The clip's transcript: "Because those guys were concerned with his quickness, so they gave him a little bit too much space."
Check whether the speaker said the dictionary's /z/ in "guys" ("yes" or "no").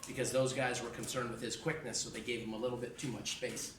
yes